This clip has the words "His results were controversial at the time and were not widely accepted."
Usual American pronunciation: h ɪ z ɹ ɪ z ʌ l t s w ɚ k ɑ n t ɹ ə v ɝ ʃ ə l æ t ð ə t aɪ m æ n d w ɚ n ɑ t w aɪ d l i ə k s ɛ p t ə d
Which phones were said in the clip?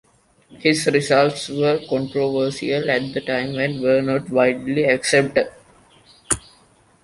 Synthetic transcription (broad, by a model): h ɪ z ɹ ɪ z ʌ l t s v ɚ k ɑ n t ɹ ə v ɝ s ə l æ t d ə t aɪ m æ n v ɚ n ɑ t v aɪ d l i ə k s ɛ p t ə d